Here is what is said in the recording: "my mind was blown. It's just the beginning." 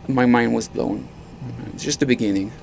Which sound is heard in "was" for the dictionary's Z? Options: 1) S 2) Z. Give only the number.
2